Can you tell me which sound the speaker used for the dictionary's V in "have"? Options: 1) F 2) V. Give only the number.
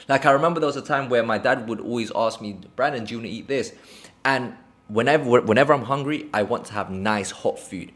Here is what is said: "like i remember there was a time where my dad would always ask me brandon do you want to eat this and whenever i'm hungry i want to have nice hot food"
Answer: 2